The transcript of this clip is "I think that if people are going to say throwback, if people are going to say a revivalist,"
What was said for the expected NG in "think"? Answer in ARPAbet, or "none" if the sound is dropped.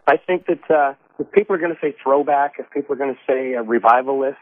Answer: NG